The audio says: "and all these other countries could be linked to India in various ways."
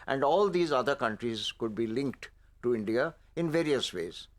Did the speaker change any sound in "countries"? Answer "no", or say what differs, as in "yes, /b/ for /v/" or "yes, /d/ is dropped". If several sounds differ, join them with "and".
no